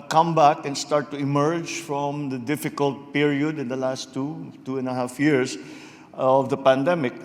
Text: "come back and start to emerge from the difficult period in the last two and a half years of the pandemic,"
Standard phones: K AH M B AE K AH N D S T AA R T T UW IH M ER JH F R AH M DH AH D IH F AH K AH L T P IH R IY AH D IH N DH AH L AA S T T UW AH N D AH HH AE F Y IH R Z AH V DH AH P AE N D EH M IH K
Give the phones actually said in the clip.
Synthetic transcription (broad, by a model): K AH M B AE K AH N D S T AA R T T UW IH M ER JH F R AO M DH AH D IH F AH K AH L T P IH R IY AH D IH N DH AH L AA S T T UW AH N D AH HH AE F Y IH R S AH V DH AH P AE N D EH M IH K